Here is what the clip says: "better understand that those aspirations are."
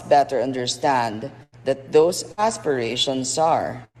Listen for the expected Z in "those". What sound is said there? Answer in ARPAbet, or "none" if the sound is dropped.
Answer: S